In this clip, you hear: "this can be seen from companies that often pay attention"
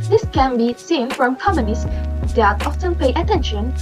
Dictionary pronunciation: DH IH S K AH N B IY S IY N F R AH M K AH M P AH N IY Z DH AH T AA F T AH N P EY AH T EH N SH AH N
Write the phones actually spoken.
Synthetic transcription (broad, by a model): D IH S K AH N B IY S IY N F R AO M K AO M AH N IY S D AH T AA F T AH N P EY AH T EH N SH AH N